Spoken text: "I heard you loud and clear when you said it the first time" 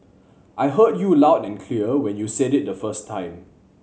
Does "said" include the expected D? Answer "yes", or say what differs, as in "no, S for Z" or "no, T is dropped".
yes